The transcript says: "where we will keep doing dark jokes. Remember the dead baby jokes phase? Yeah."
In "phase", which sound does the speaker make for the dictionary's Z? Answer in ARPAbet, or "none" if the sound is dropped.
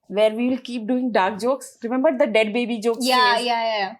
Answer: none